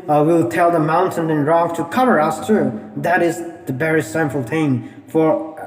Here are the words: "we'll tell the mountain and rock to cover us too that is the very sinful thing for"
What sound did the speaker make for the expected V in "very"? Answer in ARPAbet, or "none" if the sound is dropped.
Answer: B